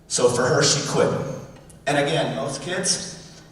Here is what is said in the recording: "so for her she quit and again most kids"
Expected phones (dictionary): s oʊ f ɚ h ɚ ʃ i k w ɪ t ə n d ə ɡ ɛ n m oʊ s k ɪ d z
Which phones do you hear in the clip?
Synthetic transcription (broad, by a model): s oʊ f ɚ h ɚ ʃ i k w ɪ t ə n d ə ɡ ɛ n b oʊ θ k ɪ d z